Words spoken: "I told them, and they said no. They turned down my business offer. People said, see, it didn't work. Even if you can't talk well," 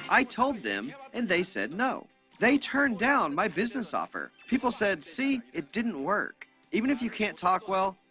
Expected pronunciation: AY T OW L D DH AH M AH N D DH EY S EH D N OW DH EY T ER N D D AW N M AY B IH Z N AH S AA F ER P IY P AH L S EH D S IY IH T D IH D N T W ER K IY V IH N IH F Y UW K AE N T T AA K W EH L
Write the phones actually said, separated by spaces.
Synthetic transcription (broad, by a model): AY T OW L D DH AH M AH N DH EY S EH D N OW DH EY T ER N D D AW N M AY B IH Z N AH S AA F ER P IY P L S EH D S IY IH T D IH D N T W ER K IY V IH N IH F Y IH K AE N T T AA K W EH L